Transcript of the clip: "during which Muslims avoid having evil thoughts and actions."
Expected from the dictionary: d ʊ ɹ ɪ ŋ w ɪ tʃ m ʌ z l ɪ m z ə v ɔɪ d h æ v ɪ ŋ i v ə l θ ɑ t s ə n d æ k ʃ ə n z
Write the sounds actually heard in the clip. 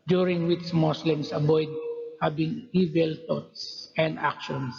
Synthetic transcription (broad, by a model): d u ɹ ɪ ŋ w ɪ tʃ m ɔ s l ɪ m s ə b ɔɪ d h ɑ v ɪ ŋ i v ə l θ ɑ t s ə n d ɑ k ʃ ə n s